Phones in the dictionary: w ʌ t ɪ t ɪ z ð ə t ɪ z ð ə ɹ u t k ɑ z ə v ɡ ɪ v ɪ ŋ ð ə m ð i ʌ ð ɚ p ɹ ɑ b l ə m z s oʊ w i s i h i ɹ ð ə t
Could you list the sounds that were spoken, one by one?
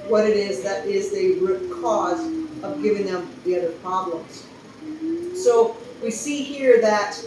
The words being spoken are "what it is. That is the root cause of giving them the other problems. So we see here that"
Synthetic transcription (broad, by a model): w ʌ t ɪ t ɪ z ð ə t ɪ z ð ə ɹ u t k ɑ z ə v ɡ ɪ v ɪ ŋ ð ə m ð i ʌ ð ɚ p ɹ ɑ b l ə m z s oʊ w i s i h i ɹ ð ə t